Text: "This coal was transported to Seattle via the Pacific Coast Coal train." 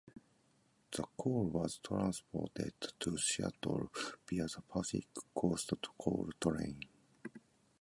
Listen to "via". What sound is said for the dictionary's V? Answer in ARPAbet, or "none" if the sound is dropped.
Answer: B